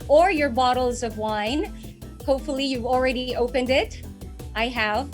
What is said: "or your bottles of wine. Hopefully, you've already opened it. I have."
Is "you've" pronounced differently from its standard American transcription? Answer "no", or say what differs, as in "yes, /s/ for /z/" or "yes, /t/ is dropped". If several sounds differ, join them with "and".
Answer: no